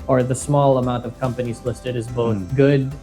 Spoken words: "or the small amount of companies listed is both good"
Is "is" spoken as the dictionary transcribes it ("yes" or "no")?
yes